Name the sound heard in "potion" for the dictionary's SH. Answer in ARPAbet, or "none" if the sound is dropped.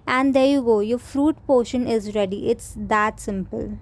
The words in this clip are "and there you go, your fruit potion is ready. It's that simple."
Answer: SH